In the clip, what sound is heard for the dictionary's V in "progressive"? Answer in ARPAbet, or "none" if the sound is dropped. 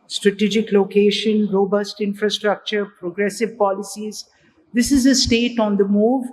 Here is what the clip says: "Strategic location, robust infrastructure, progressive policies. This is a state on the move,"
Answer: V